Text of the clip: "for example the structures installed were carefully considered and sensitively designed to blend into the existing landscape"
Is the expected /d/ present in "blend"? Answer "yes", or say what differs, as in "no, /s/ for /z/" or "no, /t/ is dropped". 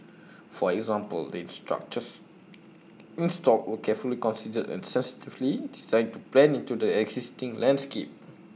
no, /d/ is dropped